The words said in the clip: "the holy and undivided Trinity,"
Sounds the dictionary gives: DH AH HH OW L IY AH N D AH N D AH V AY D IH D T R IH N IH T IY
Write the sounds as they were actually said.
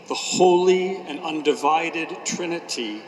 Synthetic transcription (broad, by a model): DH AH HH OW L IY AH N AH N D AH V AY D IH D T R IH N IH T IY